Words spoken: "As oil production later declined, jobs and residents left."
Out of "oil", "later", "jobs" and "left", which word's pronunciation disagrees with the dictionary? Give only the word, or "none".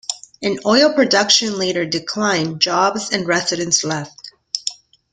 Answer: none